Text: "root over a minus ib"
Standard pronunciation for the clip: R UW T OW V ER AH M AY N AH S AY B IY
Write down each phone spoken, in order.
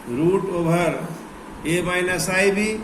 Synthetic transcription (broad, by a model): R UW T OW B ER AH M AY N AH S AY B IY